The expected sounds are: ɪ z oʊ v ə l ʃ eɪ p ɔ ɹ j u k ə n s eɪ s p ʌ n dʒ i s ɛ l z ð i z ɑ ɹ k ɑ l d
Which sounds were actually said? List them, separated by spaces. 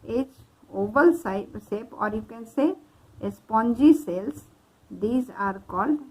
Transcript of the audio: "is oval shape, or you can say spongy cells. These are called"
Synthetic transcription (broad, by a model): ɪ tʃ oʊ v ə l s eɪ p ɔ ɹ j u k ə n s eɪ s p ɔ n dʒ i s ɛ l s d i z ɑ ɹ k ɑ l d